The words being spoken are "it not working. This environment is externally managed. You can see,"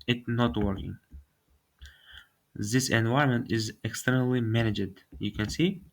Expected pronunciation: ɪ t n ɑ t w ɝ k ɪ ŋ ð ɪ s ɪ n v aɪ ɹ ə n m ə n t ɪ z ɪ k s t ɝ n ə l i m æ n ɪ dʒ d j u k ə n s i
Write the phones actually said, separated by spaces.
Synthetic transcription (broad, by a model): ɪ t n ɑ t w ɝ k ɪ ŋ ð ɪ s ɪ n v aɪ ə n m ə n t ɪ z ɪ k s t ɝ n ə l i m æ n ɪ dʒ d j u k ə n s i